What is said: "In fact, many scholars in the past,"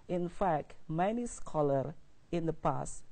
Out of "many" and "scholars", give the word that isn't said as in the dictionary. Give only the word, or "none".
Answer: scholars